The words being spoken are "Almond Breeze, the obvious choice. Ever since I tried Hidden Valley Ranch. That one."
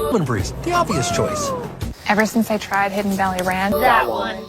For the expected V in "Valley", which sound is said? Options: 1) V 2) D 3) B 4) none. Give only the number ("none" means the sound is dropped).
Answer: 3